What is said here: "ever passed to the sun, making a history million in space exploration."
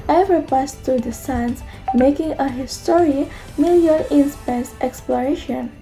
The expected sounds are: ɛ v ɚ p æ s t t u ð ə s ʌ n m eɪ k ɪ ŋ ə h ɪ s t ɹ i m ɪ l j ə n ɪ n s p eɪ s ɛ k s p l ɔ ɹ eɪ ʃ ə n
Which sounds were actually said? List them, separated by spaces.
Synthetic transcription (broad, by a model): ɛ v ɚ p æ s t t u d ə s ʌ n m eɪ k ɪ ŋ ə h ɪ s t ɹ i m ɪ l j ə l ɪ n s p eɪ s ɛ k s p l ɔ ɹ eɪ ʃ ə n